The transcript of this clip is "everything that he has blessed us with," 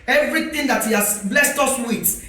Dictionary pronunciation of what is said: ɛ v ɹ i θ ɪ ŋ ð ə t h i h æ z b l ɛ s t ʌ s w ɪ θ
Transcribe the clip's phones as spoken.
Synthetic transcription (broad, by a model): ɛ v ɹ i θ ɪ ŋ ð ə t h i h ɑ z b l ɛ s t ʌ s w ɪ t